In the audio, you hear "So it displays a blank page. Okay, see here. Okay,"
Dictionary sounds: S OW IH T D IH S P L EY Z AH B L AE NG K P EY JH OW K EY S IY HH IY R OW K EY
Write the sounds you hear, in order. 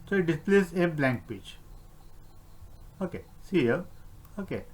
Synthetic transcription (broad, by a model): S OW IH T D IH S P L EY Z AH B L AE NG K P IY CH OW K EY S IY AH OW K EY